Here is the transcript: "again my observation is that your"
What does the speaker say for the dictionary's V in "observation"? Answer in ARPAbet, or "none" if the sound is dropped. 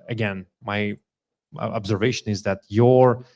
V